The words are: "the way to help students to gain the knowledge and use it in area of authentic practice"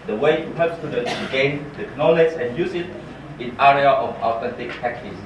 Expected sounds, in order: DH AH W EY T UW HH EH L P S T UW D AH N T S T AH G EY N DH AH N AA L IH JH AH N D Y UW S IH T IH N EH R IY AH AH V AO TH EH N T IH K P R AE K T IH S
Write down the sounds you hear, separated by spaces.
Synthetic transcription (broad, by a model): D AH W EY T UW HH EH P S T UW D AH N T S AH G EY N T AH N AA L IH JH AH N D Y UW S IH T IH N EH R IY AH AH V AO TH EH N T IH K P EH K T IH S